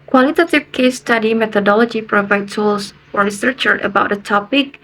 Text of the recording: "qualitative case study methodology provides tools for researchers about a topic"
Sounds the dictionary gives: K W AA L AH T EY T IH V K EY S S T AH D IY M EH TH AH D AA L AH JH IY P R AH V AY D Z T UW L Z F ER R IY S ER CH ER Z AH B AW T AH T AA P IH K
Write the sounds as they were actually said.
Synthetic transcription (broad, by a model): K W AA L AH T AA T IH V K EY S S T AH D IY M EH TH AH D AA L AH JH IY P R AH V AY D T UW L S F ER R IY S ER CH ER AH B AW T AH T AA P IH K